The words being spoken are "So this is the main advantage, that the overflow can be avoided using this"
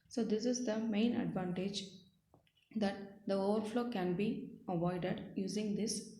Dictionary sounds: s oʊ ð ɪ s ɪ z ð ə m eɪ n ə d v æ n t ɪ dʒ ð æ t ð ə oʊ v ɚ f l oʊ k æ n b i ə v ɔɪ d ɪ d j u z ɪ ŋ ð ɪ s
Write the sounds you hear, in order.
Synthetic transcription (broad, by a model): s oʊ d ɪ s ɪ z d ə m eɪ n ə d v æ n t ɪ dʒ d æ t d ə oʊ v ɚ f l oʊ k æ n b i ə v ɔɪ d ɪ d j u z ɪ ŋ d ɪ s